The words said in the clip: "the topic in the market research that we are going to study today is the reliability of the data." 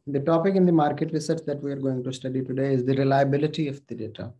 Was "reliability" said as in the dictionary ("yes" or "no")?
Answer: yes